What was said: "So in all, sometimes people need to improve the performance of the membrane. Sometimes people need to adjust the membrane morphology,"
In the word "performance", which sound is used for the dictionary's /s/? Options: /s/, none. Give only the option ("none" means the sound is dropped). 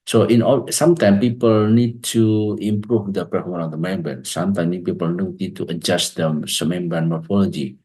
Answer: none